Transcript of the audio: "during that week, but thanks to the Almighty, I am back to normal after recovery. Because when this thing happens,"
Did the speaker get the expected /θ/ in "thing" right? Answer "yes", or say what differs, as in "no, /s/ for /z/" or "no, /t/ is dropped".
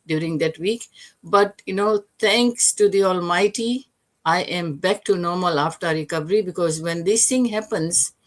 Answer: no, /t/ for /θ/